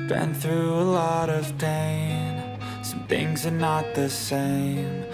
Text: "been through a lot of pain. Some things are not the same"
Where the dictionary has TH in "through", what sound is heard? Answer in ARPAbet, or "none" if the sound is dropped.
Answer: TH